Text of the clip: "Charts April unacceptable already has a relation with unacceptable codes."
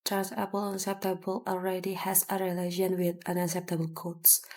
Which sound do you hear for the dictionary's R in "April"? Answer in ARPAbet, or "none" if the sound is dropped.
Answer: none